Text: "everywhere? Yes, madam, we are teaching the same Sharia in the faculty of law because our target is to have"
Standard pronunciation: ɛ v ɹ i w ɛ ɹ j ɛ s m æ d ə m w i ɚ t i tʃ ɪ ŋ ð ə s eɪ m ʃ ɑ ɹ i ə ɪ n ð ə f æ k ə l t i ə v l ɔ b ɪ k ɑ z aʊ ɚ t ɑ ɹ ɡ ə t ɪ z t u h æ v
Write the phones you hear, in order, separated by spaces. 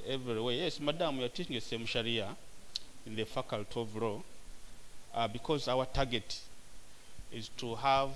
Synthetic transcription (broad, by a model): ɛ v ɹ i w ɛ j ɛ s m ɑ d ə m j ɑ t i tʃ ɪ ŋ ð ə s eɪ m ʃ ɑ ɹ i ə ɪ n ð ə f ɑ k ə l t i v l ɔ b ɪ k ɑ z aʊ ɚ t ɑ ɡ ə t ɪ z t u h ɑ v